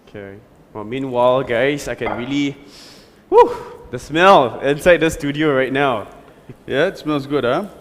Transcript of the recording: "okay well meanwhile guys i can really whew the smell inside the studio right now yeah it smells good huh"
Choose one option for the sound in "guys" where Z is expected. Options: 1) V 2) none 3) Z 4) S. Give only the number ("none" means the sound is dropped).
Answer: 4